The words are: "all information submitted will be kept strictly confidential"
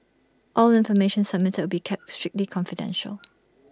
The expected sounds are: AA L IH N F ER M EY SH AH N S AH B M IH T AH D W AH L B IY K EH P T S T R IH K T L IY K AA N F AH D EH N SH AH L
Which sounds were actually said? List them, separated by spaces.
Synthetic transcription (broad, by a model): AA L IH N F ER M EY SH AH N S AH M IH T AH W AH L B IY K EH P T S T R IH K T L IY K AA N F AH D EH N SH AH L